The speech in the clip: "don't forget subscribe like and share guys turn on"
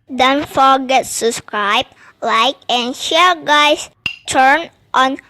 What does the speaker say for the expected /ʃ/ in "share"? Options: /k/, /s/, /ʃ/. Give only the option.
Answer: /ʃ/